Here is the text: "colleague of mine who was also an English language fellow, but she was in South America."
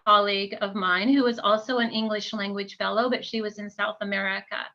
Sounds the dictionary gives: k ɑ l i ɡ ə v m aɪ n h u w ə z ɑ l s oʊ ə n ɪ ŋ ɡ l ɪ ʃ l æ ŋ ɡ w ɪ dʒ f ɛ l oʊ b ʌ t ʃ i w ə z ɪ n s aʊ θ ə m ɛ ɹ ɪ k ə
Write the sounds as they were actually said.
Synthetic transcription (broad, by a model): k ɑ l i ɡ ə v m aɪ n h u w ə z ɑ l s oʊ ə n ɪ ŋ ɡ l ɪ ʃ l æ ŋ ɡ w ɪ dʒ f ɛ l oʊ b ʌ t ʃ i w ə z ɪ n s aʊ θ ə m ɛ ɹ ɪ k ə